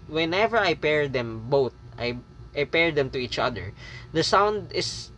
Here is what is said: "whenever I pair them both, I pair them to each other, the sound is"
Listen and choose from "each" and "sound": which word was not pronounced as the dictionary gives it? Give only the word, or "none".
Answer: none